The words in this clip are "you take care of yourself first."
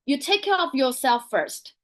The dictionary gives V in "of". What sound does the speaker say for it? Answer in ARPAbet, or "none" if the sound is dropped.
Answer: P